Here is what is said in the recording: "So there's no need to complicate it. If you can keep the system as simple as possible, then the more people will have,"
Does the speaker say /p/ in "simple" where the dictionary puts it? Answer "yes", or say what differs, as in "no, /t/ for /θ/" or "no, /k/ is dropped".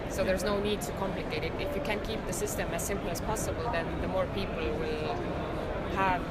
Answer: yes